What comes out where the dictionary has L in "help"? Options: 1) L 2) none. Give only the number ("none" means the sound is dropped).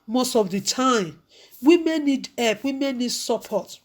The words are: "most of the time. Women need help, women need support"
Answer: 2